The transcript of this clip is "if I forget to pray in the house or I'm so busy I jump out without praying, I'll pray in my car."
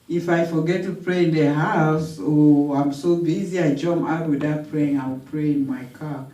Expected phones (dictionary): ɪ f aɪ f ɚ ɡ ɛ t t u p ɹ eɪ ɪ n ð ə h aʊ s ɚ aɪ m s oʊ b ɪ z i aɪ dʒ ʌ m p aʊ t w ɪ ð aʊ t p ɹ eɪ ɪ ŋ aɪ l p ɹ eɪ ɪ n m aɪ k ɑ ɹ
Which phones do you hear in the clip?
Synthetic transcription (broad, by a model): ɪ f aɪ f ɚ ɡ ɛ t t u p ɹ eɪ ɪ n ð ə h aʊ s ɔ aɪ m s oʊ b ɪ z i aɪ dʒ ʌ m aʊ t w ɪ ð aʊ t p ɹ eɪ ɪ ŋ aɪ w p ɹ eɪ ɪ n m aɪ k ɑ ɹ